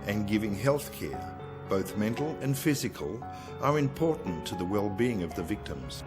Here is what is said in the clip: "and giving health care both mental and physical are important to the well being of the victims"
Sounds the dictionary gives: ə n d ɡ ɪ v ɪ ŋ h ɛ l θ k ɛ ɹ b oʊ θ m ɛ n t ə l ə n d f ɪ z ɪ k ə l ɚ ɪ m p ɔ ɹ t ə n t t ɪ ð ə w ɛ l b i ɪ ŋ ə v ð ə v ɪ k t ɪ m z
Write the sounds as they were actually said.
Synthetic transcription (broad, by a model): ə n ɡ ɪ v ɪ ŋ h ɛ l θ k ɛ ɹ b oʊ θ m ɛ n t l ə n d f ɪ z ɪ k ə l ɚ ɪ m p ɔ ɹ t n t t ɪ ð ə w ɛ l b i ɪ ŋ ə v ð ə v ɪ k t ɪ m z